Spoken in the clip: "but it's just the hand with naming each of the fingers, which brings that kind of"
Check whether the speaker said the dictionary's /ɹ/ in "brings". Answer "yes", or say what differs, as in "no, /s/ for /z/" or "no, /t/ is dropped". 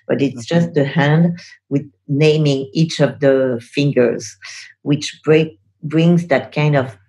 yes